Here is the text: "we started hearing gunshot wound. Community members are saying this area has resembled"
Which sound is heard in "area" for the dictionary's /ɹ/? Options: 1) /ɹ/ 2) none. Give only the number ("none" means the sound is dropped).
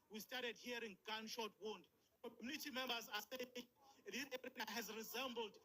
2